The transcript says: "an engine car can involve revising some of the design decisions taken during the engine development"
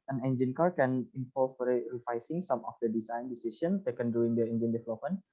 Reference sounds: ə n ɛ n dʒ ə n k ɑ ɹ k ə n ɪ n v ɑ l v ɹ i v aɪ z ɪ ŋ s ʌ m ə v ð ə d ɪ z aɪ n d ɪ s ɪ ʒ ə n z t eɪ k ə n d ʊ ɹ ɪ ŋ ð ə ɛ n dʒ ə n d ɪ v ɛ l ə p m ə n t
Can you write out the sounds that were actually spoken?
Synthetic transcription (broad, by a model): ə n ɛ n dʒ ə n k ɑ ɹ k ə n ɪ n f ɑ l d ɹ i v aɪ s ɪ ŋ s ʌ m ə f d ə d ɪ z aɪ n d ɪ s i s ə n t eɪ k ə n d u ɪ ŋ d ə ɛ n dʒ ə n d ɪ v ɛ l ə p m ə n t